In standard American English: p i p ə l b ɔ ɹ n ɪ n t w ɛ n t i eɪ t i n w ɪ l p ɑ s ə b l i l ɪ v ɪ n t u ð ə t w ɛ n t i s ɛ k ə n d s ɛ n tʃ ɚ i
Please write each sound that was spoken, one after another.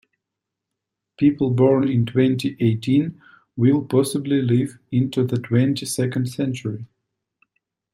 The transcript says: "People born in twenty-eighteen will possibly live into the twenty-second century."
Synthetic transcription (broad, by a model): p i p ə l b ɔ ɹ n ɪ n t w ɛ n t i eɪ t i n w ɪ l p ɑ s ə b l i l ɪ v ɪ n t u ð ə t w ɛ n t i s ɛ k ə n d s ɛ n tʃ ɚ i